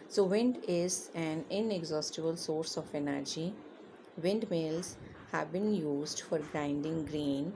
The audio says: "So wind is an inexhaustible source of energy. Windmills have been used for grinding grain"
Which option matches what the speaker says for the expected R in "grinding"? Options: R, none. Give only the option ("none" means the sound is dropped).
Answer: R